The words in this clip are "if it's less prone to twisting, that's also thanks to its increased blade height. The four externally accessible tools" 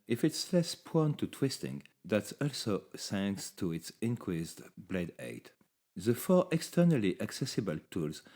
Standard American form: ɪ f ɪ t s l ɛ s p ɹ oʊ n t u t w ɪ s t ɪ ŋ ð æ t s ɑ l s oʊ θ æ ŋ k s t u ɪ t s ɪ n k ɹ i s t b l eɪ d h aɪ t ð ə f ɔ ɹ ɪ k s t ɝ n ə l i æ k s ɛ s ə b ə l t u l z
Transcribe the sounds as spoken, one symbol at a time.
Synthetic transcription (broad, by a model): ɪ f ɪ t s l ɛ s p oʊ n t u t w ɪ s t ɪ ŋ ð æ t s ɑ l s oʊ s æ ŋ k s t u ɪ t s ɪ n k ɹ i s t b l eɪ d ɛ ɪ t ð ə f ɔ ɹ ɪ k s t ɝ n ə l i æ k s ɛ s ə b ə l t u l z